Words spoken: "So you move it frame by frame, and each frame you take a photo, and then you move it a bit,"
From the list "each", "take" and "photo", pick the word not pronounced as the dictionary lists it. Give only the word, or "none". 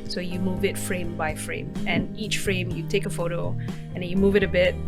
none